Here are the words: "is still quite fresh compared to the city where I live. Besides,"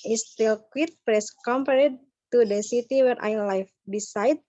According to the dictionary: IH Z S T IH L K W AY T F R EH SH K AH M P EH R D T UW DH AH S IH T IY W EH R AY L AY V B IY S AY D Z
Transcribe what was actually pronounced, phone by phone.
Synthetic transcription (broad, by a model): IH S T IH L K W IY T P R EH S K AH M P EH R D T UW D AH S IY T IY W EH R AY L AY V B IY S AY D